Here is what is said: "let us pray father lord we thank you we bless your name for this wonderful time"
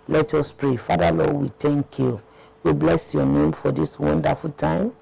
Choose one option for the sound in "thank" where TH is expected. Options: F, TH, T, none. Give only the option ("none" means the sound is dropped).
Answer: T